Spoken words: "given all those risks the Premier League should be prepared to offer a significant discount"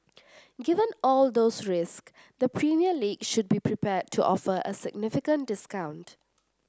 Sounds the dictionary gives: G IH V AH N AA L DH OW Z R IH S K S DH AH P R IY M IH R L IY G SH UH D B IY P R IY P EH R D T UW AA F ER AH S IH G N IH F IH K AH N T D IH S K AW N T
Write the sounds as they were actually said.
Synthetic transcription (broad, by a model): G IH V AH N AA L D OW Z R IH S K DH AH P R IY M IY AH L IY G SH UH D B IY P R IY P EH D T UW AA F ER AH S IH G N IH F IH K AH N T D IH S K AW N T